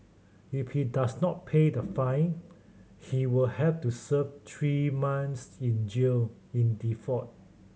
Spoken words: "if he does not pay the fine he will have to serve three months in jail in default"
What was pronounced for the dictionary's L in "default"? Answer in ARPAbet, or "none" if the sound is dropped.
none